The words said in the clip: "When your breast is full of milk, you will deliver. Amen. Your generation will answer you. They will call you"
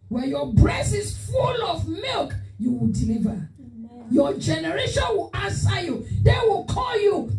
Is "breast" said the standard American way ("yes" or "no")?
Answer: no